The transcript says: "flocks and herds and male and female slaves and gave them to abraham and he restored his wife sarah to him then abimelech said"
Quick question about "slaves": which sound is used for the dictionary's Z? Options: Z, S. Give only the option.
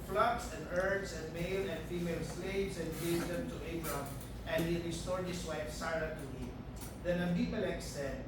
S